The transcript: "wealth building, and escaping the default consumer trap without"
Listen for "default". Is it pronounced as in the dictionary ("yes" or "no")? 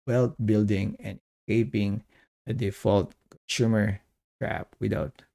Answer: yes